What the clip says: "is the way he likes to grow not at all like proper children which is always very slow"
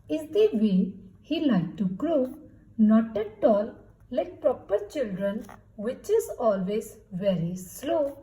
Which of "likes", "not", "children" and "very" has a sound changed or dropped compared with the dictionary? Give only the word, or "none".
likes